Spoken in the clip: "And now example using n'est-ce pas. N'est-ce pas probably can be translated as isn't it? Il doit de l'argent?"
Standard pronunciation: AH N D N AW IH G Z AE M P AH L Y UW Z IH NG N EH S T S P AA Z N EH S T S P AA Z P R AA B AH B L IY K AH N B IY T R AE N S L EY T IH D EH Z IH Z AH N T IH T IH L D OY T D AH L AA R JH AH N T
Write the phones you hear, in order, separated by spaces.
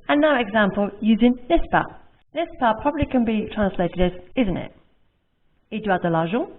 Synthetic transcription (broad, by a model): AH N N AW IH G Z AE M P AH L Y UW Z IH NG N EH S S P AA N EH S S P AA P R AA B AH B L IY K AH N B IY T R AE N S L EY T IH D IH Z IH Z AH N T IH T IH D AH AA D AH L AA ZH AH